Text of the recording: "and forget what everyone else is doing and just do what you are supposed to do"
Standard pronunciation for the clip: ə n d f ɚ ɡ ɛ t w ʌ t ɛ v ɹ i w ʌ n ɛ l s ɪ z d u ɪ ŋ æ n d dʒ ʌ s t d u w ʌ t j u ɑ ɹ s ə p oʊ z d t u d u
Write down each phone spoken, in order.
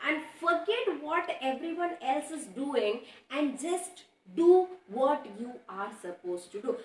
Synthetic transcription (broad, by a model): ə n d f ɚ ɡ ɛ t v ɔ t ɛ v ɹ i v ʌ n ɛ l s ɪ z d u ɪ ŋ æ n d dʒ ʌ s t d u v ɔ t j u ɑ ɹ s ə p oʊ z t u d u